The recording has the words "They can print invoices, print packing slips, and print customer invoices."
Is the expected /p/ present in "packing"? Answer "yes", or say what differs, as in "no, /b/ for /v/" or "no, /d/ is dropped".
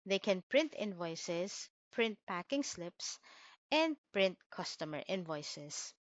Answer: yes